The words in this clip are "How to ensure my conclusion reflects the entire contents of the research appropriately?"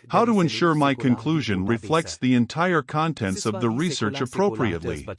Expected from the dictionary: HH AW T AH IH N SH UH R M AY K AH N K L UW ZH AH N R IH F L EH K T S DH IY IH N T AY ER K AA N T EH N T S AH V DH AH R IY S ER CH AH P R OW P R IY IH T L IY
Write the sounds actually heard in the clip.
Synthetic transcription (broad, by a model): HH AW T AH IH N SH UH R M AY K AH N K L UW ZH AH N R IH F L EH K T S DH IY IH N T AY ER K AA N T EH N T S AH V DH AH R IY S ER CH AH P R OW P R IY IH T L IY